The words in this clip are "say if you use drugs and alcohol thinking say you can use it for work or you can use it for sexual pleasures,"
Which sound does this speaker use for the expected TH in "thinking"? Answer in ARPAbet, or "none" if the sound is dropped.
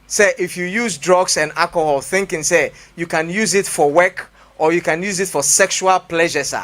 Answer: TH